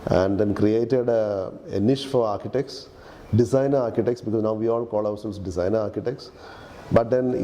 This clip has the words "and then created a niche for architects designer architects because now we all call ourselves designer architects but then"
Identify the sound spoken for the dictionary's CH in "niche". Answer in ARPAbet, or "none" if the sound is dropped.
SH